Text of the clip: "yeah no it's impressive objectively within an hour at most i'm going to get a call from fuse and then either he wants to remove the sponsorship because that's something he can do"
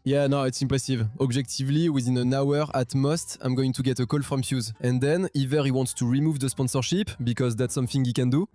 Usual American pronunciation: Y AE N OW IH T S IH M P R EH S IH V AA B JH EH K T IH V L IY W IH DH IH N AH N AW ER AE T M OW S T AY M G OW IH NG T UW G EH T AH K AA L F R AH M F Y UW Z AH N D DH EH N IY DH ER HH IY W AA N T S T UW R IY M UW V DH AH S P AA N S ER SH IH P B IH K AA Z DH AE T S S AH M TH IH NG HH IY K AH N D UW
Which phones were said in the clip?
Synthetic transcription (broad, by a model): Y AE N OW IH T S IH M P R EH S IH V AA B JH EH K T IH V L IY W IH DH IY N AH N AW ER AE T M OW S T AY M G OW IH NG T UW G EH T AH K AA L F R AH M F Y UW Z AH N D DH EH N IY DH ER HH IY W AA N T S T UW R IY M UW V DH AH S P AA N S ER SH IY P B IH K AA Z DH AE T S S AH M TH IH NG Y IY K AH N D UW